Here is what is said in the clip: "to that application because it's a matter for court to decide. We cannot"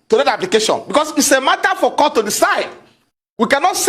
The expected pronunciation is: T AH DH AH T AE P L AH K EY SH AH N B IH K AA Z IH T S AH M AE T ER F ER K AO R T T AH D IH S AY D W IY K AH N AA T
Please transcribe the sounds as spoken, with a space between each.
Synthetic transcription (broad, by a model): T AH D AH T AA P L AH K EY SH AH N B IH K AA S IH T S AH M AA T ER F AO K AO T T AH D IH S AY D W IY K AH N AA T